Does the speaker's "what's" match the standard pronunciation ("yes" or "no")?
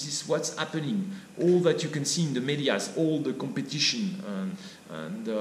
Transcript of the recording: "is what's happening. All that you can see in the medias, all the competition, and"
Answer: yes